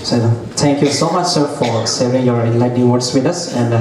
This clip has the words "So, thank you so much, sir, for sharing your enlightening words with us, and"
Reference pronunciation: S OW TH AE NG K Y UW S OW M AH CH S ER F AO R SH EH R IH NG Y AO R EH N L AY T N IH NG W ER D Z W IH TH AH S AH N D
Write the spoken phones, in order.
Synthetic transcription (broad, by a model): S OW T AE NG K Y UW S OW M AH CH S ER F AO R S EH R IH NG Y AO R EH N L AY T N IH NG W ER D S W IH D AH S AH N D